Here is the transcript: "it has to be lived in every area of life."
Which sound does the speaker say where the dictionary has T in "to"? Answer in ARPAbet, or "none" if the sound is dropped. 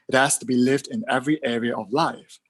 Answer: T